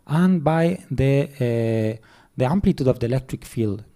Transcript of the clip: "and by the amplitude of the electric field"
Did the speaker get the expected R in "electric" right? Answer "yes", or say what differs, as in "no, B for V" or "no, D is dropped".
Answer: yes